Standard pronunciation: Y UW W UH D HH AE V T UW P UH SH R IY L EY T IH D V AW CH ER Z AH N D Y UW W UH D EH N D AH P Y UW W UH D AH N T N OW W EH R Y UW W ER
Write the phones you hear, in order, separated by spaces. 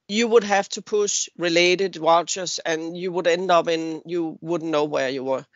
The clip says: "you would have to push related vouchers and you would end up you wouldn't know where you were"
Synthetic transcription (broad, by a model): Y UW W UH D HH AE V T UW P UH SH R IY L EY T IH D W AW CH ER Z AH N Y UW W UH D EH N D AH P Y UW W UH D N N OW W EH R Y UW W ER